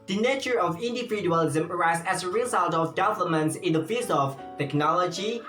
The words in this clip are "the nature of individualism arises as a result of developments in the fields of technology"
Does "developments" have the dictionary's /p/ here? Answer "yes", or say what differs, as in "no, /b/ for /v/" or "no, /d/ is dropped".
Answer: no, /p/ is dropped